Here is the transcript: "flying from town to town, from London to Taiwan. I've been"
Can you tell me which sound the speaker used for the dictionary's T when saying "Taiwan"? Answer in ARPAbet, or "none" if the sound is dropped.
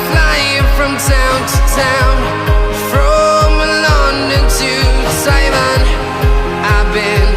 S